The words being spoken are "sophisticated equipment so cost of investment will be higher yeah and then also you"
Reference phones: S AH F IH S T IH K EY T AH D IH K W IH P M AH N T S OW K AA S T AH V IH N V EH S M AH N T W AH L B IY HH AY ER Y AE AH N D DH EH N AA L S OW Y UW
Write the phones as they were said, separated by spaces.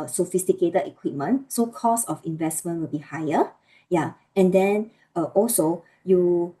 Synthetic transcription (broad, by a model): S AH F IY S T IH K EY T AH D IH K W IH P M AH N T S OW K AA S AH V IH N V EH S M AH N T W AH L B IY HH AY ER Y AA AH N D EH N AA L S OW Y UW